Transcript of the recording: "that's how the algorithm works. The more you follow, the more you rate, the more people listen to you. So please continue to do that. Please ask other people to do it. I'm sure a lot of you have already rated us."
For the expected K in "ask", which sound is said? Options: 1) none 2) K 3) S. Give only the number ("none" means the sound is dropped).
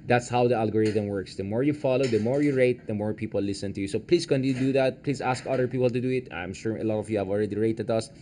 2